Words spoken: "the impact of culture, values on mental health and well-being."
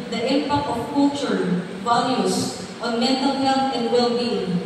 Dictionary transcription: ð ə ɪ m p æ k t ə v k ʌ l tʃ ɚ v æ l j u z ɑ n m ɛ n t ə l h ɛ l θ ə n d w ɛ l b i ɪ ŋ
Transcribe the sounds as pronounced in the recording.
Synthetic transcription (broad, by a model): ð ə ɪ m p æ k t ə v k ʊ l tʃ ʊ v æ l j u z ɑ n m ɛ n t ə l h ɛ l t ə n d w ɛ l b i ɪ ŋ